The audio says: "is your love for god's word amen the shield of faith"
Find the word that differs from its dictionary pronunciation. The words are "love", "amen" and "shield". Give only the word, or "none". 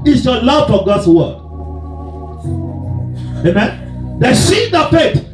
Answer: shield